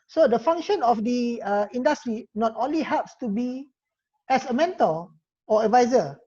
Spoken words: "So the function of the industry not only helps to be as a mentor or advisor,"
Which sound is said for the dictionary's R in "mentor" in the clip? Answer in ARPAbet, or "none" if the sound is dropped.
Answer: L